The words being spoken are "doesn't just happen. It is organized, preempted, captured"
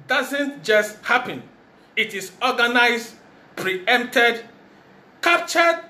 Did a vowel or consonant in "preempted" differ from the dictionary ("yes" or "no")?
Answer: no